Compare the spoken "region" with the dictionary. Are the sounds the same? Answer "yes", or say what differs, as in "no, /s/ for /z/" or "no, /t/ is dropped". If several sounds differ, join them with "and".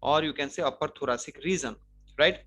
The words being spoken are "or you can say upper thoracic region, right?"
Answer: no, /z/ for /dʒ/